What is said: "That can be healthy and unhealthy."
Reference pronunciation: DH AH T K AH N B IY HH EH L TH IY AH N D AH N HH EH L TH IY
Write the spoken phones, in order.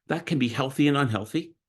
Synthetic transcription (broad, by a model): DH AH T K AH N B IY HH EH L TH IY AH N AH N HH EH L TH IY